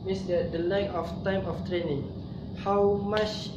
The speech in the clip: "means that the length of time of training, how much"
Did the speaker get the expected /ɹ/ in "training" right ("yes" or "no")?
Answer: yes